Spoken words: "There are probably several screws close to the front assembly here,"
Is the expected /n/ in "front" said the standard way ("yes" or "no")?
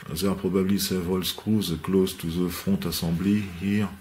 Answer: no